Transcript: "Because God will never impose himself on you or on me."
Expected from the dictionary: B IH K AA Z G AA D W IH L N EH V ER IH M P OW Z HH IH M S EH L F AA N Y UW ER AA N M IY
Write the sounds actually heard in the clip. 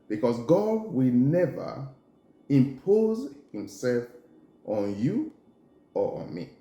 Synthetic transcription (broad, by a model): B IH K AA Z G AA D W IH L N EH V ER IH M P OW Z HH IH M S EH L F AA N Y UW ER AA N M IY